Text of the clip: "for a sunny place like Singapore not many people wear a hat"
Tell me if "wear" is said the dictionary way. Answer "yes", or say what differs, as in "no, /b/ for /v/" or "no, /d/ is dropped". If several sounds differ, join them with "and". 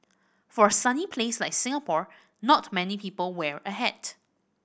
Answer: yes